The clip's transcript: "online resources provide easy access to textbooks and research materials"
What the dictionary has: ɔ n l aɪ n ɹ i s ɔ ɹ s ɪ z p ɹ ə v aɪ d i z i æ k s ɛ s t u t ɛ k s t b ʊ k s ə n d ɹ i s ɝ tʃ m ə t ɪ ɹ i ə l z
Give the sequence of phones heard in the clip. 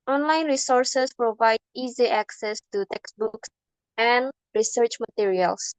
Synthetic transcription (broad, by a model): ɔ n l aɪ n ɹ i s ɔ ɹ s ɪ s p ɹ ə v aɪ d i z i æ k s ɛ s t u t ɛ k s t b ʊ k s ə n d ɹ i s ɝ tʃ m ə t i ɹ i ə l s